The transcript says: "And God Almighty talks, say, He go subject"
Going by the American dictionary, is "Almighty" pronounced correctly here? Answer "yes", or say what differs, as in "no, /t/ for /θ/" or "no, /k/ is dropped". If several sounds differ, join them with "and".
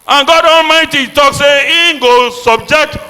yes